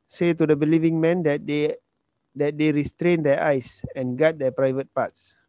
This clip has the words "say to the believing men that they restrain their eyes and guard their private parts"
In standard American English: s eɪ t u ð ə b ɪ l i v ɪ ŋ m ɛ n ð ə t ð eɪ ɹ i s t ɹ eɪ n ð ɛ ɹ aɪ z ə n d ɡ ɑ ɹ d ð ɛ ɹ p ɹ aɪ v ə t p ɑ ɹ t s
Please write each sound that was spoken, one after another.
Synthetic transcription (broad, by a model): s eɪ t u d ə b ɪ l i v ɪ ŋ m ɛ n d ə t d eɪ ɹ i s t ɹ eɪ n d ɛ aɪ s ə n ɡ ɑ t d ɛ p ɹ aɪ v ə t p ɑ t s